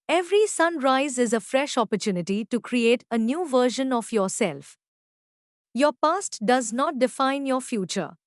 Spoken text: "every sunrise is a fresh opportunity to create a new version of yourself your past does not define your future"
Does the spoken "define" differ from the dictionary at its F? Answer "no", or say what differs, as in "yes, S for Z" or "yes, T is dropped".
no